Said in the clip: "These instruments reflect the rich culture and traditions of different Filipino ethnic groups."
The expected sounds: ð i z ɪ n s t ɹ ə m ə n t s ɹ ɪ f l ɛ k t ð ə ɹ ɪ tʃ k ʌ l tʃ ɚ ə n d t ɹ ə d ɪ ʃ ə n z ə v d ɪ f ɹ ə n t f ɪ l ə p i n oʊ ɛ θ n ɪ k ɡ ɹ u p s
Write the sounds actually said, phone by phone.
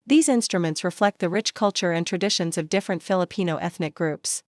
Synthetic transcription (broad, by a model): ð i z ɪ n s t ɹ ə m ə n t s ɹ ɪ f l ɛ k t ð ə ɹ ɪ tʃ k ʌ l tʃ ɚ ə n t ɹ ə d ɪ ʃ ə n z ə v d ɪ f ɹ ə n t f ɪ l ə p i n oʊ ɛ θ n ɪ k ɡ ɹ u p s